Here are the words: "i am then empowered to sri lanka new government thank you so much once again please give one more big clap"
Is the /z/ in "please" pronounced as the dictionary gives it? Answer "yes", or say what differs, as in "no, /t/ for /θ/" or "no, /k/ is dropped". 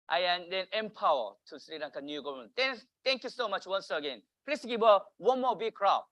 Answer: no, /s/ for /z/